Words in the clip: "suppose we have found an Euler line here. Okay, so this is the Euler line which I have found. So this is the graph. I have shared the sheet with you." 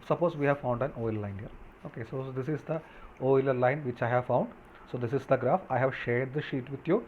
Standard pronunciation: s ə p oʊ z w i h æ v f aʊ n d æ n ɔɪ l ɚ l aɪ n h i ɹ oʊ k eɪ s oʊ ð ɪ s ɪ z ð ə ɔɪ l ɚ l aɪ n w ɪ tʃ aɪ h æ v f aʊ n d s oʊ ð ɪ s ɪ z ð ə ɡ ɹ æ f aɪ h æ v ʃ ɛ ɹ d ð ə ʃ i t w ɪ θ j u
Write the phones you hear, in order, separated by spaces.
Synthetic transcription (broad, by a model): s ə p oʊ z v i h æ v f aʊ n d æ n ɔɪ l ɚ l aɪ n h i ɹ oʊ k eɪ s oʊ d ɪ s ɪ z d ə ɔɪ l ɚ l aɪ n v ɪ tʃ aɪ h æ v f aʊ n d s oʊ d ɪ s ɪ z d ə ɡ ɹ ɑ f aɪ h æ v ʃ ɛ ɹ d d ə ʃ i t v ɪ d j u